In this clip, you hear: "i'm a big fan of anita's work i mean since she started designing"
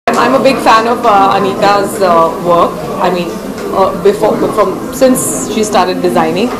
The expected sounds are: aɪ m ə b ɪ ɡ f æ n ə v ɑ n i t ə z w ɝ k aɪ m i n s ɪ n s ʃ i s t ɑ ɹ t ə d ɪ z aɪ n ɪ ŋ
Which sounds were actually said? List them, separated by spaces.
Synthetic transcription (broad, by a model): aɪ m ə b ɪ ɡ f æ n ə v ɑ n i t ə z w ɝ k aɪ m i n s ɪ n s ʃ i s t ɑ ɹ t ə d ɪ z aɪ n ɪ ŋ